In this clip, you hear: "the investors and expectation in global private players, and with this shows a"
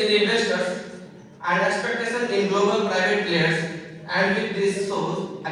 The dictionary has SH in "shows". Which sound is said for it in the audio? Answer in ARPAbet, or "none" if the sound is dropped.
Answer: S